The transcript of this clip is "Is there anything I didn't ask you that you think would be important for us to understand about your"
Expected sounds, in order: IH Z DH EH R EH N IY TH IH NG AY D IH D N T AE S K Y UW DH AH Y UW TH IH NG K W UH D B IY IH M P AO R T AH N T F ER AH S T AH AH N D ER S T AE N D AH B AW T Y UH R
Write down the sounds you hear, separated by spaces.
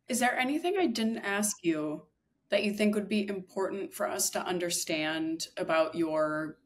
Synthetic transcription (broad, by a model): IH Z DH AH R EH N IY TH IH NG AY D IH D N T AE S K Y UW DH AH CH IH TH IH NG K W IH D B IY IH M P AO R T N T F ER AH S T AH AH N D ER S T AE N D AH B AW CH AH R